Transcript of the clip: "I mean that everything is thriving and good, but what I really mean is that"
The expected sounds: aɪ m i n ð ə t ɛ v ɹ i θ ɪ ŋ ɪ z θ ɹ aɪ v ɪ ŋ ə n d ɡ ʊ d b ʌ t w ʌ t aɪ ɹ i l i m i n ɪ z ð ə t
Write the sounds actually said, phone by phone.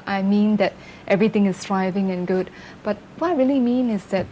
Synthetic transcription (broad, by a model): aɪ m i n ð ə t ɛ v ɹ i t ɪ ŋ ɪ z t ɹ aɪ v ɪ ŋ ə n ɡ ʊ d b ʌ t w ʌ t aɪ ɹ i l i m i n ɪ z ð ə t